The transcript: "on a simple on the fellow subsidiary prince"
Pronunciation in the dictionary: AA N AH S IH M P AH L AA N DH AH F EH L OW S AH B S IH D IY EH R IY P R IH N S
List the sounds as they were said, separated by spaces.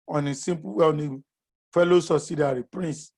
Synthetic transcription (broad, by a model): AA N AH S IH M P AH W AA N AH F EH L OW S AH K S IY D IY R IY P R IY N S